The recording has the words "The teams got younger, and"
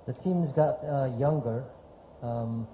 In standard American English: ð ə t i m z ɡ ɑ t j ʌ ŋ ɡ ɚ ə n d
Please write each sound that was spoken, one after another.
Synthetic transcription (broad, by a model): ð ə t i m z ɡ ɑ t j ʌ ŋ ɡ ɚ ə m